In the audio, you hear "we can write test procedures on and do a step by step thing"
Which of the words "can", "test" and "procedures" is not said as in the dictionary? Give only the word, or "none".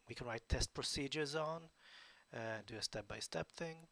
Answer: none